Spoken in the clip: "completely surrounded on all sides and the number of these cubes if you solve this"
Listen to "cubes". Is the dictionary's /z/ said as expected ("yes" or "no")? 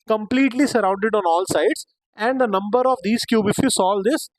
no